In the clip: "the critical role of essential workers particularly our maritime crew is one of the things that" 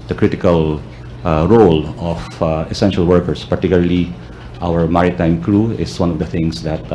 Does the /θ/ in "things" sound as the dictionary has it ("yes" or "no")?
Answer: no